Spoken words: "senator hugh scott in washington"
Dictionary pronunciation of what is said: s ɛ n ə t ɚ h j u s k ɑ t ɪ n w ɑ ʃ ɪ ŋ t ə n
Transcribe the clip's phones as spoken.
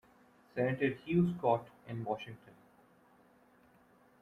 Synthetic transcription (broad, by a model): s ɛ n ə t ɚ h j u s k ɑ t ɪ n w ɑ ʃ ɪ ŋ t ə n